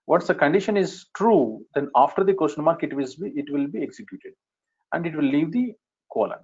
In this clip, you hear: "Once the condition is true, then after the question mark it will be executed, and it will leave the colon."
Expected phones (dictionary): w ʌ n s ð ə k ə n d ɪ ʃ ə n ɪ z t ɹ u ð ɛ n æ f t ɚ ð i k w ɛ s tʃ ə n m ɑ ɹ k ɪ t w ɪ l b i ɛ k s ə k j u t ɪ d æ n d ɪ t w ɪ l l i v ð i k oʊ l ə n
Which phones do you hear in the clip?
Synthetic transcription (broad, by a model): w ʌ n s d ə k ə n d ɪ ʃ ə n ɪ z t ɹ u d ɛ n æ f t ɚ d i k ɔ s ʃ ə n m ɑ ɹ k ɪ t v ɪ l b i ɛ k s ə k j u t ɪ d æ n d ɪ t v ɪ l l i v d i k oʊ l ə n